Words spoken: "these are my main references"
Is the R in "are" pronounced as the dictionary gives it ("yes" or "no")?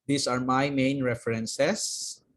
yes